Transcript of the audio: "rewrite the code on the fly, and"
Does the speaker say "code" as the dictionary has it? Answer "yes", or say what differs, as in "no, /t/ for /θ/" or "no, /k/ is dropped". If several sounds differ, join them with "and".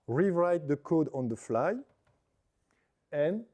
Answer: yes